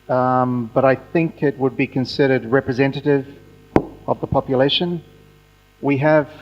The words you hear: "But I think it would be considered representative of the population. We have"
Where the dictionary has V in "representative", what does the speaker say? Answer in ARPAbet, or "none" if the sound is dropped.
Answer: V